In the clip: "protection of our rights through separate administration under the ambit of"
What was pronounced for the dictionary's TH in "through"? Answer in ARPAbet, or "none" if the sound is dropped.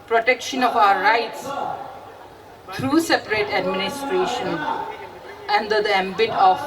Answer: T